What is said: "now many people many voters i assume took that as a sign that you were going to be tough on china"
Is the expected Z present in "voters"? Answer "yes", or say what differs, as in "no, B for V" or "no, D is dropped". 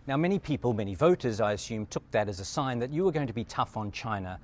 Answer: yes